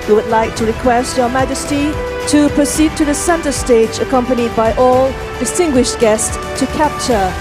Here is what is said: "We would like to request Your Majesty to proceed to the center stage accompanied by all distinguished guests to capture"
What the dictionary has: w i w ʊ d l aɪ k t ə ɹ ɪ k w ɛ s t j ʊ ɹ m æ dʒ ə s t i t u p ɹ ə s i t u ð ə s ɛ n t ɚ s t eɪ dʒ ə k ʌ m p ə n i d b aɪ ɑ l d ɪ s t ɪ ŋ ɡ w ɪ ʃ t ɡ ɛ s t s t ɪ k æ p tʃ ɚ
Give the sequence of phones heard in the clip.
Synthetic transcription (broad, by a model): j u w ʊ d l aɪ k t ə ɹ ɪ k w ɛ s t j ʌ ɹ m æ dʒ ə s t i t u p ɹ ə s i t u ð ə s ɛ n t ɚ s t eɪ dʒ ə k ʌ m p ə n i d b aɪ ɑ l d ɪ s t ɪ ŋ ɡ w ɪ ʃ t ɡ ɛ s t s t ɪ k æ p tʃ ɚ